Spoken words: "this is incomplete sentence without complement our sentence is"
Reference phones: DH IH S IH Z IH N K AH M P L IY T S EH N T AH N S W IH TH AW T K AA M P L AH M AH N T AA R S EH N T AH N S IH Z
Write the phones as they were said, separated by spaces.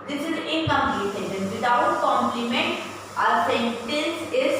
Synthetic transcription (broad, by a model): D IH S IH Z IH K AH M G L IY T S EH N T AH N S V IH T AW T K AA M P L AH M AH N T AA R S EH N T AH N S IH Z